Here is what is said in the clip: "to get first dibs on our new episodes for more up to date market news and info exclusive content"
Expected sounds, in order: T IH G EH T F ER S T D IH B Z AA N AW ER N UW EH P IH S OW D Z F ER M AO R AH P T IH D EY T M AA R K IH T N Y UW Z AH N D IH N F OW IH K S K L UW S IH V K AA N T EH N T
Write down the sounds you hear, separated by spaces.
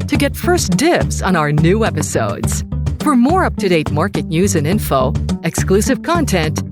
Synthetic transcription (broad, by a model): T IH G EH T F ER S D IH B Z N AW ER N UW EH P IH S OW D Z F ER M AO R AH P T IH D EY T M AA R K IH T N Y UW Z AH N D IH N F OW IH K S K L UW S IH V K AA N T EH N T